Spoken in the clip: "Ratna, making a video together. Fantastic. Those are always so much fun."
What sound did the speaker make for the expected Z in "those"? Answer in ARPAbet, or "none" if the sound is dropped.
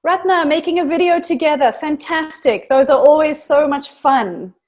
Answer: Z